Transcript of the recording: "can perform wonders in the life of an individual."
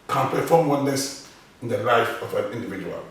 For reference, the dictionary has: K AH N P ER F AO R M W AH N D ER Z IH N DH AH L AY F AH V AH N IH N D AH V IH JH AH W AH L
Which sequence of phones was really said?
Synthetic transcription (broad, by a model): K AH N P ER F AO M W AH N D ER S IH N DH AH L AY F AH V AH N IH N D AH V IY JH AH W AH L